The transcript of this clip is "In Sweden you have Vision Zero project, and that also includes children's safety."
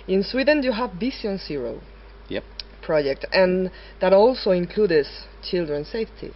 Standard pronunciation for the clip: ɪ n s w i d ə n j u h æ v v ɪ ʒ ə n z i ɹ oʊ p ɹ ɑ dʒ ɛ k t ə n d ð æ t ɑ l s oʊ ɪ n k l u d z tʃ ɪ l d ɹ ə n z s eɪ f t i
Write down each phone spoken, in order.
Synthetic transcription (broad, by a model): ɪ n s w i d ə n j u h æ v b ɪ s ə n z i ɹ oʊ p ɹ ɑ dʒ ɛ k t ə n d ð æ t ɑ l s oʊ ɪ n k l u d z tʃ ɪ l d ɹ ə n s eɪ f t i